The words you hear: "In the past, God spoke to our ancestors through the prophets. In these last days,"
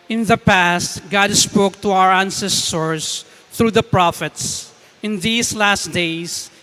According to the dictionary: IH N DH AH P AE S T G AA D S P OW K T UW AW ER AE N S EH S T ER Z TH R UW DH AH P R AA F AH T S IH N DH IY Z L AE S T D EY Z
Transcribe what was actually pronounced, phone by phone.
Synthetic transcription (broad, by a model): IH N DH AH P AE S T G AA D S P OW K T UW AW ER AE N S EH S T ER S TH R UW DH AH P R AA F AH T S IH N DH IY S L AE S T D EY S